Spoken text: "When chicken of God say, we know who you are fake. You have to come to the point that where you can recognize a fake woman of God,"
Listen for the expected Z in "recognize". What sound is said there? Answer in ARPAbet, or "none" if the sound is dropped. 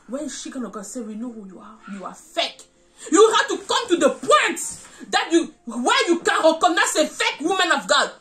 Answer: S